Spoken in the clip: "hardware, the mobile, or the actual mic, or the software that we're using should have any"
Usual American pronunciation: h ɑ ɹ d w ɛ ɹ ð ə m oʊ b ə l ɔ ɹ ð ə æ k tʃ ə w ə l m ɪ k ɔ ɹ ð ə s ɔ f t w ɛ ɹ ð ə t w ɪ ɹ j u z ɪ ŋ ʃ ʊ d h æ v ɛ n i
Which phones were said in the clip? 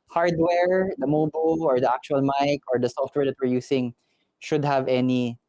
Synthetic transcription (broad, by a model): h ɑ ɹ d w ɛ ɹ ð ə m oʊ b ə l ɔ ɹ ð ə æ k tʃ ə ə l m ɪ k ɔ ɹ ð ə s ɔ f t w ɛ ɹ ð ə t w ɪ ɹ j u s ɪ ŋ ʃ ʊ d h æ v ɛ n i